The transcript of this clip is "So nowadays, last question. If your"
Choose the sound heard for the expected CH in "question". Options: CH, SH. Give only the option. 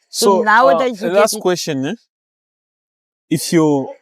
SH